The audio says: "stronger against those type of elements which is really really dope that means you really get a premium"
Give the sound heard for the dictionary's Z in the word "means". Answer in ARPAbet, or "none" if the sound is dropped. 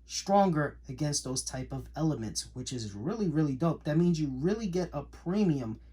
Z